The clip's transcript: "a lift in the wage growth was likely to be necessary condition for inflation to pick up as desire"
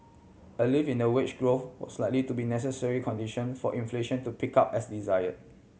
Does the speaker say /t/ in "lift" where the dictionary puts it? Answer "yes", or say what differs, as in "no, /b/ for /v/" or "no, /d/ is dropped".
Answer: no, /t/ is dropped